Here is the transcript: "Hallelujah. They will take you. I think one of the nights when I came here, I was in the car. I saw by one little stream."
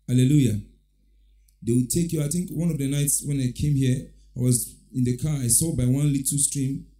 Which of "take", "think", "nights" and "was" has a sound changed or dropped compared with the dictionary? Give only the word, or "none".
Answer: none